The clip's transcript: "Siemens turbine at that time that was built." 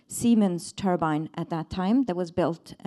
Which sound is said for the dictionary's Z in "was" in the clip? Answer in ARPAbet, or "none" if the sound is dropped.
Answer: Z